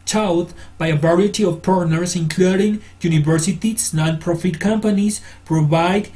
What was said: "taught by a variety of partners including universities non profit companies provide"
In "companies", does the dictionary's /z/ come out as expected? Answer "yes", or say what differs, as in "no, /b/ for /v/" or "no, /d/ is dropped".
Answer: no, /s/ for /z/